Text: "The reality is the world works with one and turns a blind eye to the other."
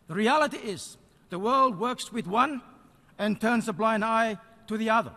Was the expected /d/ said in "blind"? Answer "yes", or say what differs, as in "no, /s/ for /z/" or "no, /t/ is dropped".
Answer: yes